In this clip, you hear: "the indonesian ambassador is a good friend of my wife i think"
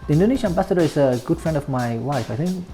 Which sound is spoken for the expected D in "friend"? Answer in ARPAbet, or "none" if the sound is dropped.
D